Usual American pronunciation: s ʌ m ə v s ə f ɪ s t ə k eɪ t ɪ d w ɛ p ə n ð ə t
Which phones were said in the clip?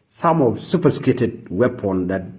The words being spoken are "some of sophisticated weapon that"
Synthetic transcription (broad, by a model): s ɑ m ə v s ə p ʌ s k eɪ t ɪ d w ɛ p ə n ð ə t